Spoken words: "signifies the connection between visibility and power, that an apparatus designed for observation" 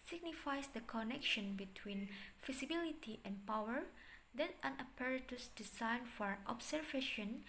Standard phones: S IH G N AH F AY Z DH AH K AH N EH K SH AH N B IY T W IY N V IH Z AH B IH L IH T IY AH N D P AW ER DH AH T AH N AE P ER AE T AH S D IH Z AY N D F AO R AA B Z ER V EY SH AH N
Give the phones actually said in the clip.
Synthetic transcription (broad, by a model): S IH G N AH F AY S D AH K AH N EH K SH AH N B IY T W IY N F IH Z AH B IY L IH T IY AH N P AW ER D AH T AH N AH P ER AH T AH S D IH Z AY N F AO R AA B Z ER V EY SH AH N